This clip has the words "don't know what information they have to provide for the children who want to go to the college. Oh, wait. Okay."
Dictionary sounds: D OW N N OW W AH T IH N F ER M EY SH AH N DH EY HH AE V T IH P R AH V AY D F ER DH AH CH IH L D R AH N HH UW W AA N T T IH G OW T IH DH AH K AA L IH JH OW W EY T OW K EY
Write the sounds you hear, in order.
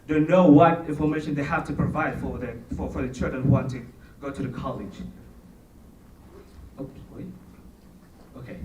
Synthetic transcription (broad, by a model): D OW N N OW W AH T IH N F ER M EY SH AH N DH EY HH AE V T IH P R AH V AY D F ER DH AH CH IH L D R AH N HH UW W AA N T T IH G OW T IH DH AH K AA L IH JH OW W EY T OW K EY